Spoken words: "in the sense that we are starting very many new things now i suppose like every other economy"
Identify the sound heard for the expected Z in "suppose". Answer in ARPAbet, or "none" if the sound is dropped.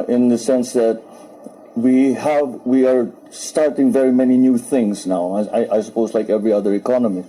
Z